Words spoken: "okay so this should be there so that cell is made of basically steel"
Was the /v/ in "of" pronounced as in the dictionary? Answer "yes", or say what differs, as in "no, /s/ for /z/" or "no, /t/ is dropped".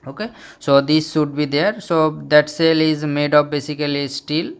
no, /p/ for /v/